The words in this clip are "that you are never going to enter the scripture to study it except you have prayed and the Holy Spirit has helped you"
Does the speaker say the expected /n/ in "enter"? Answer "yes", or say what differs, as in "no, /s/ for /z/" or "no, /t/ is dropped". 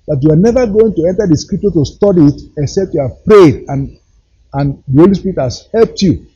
yes